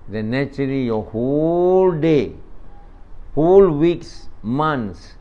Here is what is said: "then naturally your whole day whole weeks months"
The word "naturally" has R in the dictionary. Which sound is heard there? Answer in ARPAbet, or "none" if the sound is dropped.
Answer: none